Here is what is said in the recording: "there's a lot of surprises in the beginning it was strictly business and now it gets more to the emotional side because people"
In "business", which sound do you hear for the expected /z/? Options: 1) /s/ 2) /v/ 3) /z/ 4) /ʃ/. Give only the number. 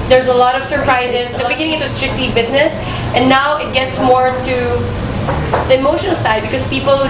3